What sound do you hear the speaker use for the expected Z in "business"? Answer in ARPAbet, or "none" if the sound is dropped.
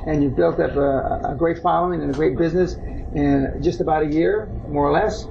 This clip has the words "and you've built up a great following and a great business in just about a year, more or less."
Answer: Z